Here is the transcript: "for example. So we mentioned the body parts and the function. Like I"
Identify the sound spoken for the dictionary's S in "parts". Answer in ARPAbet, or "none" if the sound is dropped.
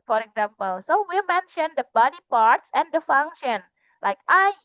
S